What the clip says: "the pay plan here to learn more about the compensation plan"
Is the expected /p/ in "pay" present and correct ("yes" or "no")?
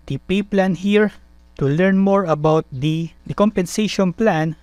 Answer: yes